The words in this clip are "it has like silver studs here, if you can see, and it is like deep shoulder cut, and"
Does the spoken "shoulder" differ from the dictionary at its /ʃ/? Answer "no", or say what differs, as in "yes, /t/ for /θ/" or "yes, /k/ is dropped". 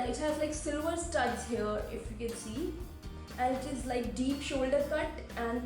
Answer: no